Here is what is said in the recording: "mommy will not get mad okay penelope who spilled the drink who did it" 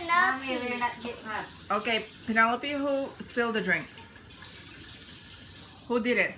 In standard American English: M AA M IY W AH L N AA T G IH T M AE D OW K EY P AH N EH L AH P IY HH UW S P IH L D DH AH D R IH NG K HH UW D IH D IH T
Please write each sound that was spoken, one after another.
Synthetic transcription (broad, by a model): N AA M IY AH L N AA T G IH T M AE OW K EY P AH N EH L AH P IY HH UW S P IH L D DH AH D R IH NG K HH UW D IH D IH T